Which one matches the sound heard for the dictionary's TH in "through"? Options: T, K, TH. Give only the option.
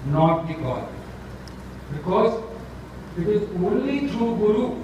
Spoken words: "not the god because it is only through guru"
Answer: T